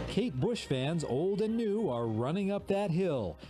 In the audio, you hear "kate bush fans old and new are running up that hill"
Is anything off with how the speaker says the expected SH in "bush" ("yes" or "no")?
no